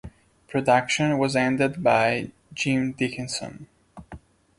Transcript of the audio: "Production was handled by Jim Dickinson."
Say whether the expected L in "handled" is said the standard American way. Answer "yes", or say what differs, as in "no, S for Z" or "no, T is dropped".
no, L is dropped